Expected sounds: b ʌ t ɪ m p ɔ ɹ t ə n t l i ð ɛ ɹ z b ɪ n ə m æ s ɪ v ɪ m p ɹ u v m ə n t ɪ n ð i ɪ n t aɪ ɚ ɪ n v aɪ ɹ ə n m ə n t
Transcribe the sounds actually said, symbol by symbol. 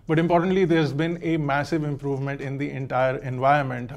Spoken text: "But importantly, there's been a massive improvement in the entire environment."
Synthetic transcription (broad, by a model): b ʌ t ɪ m p ɔ ɹ t ə n t l i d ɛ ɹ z b ɪ n ə m æ s ɪ v ɪ m p ɹ u v m ə n t ɪ n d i ɪ n t aɪ ɚ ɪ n v aɪ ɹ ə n m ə n t